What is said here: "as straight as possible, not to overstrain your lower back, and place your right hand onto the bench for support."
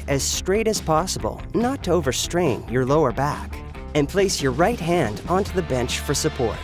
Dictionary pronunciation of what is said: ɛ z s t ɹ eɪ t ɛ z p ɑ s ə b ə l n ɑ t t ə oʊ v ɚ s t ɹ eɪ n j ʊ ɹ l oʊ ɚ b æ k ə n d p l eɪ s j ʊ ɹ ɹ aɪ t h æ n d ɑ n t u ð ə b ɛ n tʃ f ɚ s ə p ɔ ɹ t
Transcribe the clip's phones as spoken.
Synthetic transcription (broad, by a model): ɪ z s t ɹ eɪ t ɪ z p ɑ s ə b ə l n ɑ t t ə oʊ v ɚ s t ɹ eɪ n j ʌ ɹ l oʊ ɚ b æ k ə n p l eɪ s j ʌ ɹ ɹ aɪ t h æ n d ɑ n t u ð ə b ɛ n tʃ f ɚ s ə p ɔ ɹ t